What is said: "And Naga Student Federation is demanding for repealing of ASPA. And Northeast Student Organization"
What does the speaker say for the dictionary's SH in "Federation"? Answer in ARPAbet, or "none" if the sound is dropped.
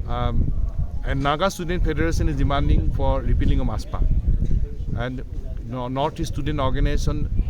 S